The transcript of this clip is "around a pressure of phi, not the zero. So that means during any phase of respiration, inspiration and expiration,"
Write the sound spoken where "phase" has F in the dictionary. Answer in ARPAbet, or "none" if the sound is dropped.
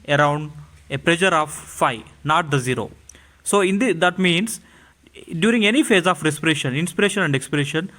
F